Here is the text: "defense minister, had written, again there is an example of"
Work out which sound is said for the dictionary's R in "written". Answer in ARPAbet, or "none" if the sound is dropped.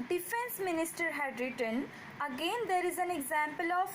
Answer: R